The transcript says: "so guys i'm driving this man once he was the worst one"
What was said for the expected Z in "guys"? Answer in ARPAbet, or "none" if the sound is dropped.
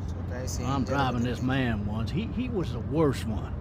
none